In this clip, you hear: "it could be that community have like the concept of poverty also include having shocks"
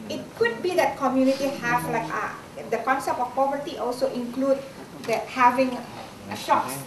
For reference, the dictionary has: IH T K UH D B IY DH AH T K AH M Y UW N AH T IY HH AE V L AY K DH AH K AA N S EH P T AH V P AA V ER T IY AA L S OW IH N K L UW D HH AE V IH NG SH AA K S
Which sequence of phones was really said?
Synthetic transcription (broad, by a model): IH T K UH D B IY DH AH T K AH M Y UW N AH T IY HH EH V L AY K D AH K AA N S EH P AH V P AA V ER T IY AA L S OW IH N K L UW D HH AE V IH NG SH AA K S